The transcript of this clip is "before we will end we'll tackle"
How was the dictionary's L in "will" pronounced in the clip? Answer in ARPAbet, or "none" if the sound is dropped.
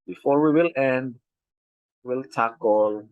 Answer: L